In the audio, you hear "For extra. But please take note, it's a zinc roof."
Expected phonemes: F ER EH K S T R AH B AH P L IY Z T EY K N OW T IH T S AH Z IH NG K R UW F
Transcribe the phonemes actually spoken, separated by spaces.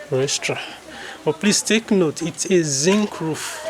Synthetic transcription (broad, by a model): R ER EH S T R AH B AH P L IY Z T EY K N OW T IH T S AH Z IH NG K R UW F